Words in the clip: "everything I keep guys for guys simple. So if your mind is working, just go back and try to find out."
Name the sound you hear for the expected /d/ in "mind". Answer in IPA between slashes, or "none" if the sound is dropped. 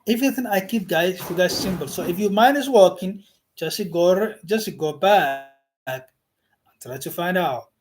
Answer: none